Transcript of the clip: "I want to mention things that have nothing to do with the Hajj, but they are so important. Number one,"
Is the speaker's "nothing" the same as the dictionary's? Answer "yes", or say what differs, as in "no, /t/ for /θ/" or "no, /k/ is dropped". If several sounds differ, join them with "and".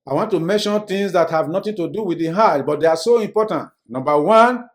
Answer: no, /t/ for /θ/